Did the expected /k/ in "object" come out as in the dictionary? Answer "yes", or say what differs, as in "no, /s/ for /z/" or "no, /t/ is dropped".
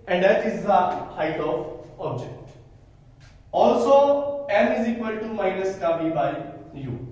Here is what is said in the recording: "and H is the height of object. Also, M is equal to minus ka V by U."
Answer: yes